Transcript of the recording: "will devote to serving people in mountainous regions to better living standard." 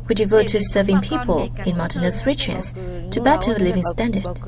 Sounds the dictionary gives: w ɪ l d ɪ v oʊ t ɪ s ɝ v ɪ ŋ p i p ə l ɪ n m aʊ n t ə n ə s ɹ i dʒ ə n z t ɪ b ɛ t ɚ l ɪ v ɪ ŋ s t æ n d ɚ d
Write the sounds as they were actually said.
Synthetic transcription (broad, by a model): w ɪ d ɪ v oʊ t ɪ s ɝ v ɪ ŋ p i p ə l ɪ n m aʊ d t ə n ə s ɹ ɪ tʃ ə z t ɪ b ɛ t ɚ l ɪ v ɪ ŋ s t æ n d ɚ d